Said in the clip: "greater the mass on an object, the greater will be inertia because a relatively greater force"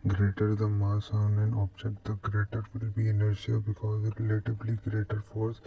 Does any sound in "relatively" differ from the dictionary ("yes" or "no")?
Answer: yes